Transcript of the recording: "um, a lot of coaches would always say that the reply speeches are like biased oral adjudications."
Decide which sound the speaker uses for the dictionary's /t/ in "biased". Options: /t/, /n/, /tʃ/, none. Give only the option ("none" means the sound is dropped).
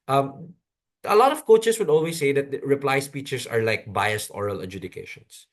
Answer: /t/